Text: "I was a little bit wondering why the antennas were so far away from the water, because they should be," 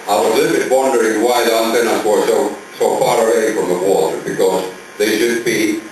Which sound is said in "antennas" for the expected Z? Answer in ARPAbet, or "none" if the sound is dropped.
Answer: S